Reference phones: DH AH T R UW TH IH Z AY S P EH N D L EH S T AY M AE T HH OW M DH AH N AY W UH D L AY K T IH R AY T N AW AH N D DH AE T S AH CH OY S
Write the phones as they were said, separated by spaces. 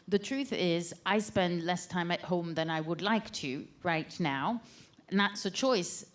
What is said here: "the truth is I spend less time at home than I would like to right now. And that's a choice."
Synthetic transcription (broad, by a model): DH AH T R UW TH IH Z AY S P EH N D L EH S T AY M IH T HH OW M DH AH N AY W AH D L AY K T IH R AY T N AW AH N DH AE T S AH CH OY S